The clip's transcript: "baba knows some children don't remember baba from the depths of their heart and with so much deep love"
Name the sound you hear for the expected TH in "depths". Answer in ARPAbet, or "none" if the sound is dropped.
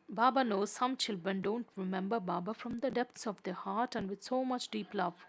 T